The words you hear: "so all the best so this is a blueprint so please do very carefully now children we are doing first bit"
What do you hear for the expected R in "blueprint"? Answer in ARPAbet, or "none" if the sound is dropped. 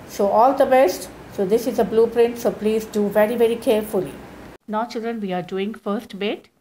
R